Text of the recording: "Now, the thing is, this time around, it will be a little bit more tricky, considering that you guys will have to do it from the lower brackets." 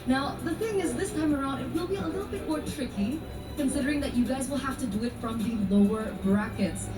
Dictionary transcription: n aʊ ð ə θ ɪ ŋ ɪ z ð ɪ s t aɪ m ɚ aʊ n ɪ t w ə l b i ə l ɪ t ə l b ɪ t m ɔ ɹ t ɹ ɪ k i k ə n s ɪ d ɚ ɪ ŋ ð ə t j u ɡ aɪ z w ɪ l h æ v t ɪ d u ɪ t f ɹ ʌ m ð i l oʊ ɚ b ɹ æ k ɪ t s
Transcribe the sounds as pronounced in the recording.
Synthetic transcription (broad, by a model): n aʊ ð ə θ ɪ ŋ ɪ z ð ɪ s t aɪ m ɚ aʊ n ɪ t w ə l b i ə l ɪ t l b ɪ t m ɔ ɹ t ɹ ɪ k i k ə n s ɪ d ɚ ɪ ŋ ð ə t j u ɡ aɪ z w ɪ l h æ f t ɪ d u ɪ t f ɹ ʌ m ð i l oʊ ɚ b ɹ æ k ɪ t s